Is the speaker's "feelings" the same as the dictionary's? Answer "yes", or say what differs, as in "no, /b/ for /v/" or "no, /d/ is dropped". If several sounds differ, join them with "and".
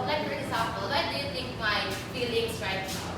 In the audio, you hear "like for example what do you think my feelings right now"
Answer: no, /s/ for /z/